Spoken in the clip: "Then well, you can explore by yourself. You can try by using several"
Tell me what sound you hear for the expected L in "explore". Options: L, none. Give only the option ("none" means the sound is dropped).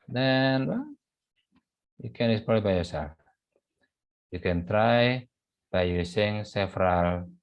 none